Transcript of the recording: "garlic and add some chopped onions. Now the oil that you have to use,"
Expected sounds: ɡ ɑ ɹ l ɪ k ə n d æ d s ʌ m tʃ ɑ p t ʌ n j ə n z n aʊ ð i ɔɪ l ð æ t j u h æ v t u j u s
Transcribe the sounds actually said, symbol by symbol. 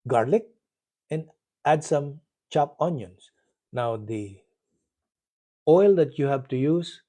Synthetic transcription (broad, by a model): ɡ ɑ ɹ l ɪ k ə n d æ d s ʌ m tʃ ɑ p ʌ n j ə n s n aʊ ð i ɔɪ l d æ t j u h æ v t u j u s